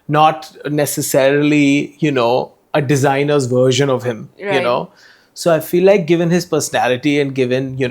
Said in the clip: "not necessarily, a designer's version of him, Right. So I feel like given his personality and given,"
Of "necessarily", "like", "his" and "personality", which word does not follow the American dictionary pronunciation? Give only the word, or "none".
necessarily